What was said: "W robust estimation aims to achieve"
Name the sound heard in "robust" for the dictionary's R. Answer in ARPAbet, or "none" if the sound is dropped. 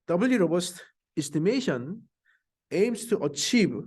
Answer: R